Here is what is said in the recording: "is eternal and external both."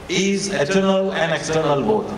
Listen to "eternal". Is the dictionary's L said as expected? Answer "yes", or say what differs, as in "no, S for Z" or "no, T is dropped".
yes